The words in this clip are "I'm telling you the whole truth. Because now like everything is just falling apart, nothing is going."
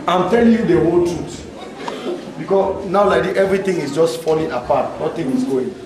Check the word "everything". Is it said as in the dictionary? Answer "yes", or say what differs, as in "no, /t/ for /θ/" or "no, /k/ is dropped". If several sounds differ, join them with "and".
no, /t/ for /θ/